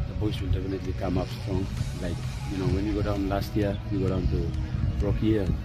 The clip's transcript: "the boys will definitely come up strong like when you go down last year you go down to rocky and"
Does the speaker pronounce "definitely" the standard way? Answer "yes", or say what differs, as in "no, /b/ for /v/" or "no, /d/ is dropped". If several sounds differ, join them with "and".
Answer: no, /p/ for /f/